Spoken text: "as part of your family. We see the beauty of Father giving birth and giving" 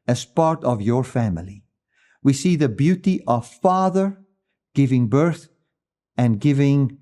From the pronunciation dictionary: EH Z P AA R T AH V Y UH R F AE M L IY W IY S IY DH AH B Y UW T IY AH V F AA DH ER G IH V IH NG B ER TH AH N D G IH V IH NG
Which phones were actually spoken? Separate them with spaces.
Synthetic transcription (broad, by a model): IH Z P AA R T AH V Y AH R F AE M L IY W IY S IY DH AH B Y UW T IY AH V F AA DH ER G IH V IH NG B ER TH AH N G IH V IH NG